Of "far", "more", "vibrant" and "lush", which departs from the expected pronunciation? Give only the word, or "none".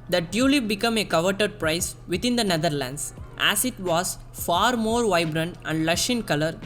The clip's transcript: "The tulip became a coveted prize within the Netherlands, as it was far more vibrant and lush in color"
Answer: none